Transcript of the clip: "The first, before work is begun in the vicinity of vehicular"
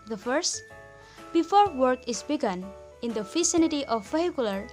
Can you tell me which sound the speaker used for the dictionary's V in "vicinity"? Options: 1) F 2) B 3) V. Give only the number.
1